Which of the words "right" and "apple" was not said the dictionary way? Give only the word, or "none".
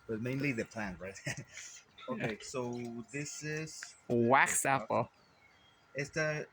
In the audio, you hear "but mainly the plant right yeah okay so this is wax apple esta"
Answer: apple